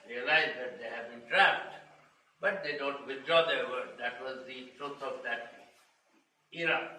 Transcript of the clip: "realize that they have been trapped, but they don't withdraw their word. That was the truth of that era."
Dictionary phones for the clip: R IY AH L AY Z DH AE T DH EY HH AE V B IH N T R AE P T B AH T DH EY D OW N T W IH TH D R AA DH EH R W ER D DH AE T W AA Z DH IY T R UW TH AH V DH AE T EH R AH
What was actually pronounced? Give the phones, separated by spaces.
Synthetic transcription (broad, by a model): R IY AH L AY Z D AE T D EY HH AE V B IH N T R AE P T B AH T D EY D OW N T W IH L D R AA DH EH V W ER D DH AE T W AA Z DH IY T R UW T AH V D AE T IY R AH